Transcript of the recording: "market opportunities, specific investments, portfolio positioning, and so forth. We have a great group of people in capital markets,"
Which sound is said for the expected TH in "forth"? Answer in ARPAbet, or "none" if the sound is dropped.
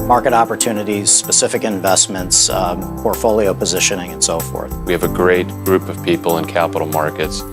TH